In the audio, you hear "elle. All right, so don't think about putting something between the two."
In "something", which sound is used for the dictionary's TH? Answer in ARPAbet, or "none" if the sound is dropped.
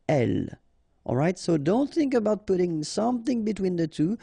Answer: TH